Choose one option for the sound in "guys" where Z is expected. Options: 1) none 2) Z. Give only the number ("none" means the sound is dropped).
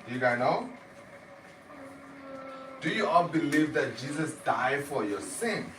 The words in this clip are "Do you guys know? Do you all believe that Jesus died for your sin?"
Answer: 1